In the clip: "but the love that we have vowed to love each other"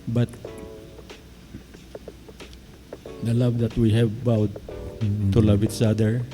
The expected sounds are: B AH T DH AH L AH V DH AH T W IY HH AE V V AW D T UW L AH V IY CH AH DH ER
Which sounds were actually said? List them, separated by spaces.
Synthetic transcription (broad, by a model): B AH T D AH L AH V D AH T W IY HH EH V B AW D T UW L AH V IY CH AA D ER